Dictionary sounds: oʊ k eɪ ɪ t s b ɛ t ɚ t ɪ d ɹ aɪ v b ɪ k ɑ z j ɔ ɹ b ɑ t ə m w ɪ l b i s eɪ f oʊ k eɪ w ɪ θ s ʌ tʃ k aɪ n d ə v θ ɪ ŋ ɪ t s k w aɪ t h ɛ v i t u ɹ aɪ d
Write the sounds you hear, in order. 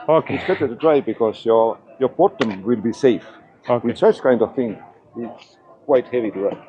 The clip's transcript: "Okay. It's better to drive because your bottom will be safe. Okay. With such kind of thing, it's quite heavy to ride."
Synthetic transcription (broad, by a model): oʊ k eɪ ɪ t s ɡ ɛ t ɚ t ɪ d ɹ aɪ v b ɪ k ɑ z j ɔ ɹ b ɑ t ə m w ɪ l b i s eɪ f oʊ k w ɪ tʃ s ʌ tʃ k aɪ n d ə v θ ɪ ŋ ɪ t s k w aɪ t h ɛ v i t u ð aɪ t